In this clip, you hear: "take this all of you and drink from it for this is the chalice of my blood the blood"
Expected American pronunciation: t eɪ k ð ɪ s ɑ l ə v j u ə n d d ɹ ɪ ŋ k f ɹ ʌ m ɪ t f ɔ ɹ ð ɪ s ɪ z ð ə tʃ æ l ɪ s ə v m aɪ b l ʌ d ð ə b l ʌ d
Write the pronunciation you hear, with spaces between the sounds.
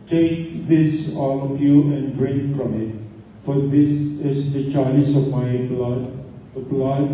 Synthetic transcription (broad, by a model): t eɪ k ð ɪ s ɑ l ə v j u ə n d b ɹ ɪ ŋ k f ɹ ʌ m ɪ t f ɔ ɹ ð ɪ s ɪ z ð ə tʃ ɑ ɪ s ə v m aɪ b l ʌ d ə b l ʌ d